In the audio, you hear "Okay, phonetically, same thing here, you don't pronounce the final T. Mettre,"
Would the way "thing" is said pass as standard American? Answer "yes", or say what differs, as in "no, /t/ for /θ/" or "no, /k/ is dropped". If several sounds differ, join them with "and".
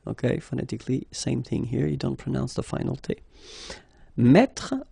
yes